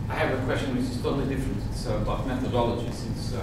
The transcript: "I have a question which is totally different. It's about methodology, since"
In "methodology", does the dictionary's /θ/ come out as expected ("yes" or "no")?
yes